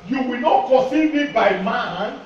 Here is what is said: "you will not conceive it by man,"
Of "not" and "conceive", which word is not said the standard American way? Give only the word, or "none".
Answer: conceive